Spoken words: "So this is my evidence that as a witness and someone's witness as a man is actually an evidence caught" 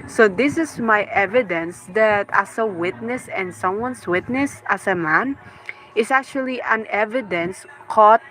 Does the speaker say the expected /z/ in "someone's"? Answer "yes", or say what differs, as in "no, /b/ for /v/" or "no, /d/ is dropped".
no, /s/ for /z/